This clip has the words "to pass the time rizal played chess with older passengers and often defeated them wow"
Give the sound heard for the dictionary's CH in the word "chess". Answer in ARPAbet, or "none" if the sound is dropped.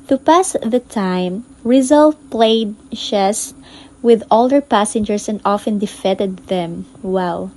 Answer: SH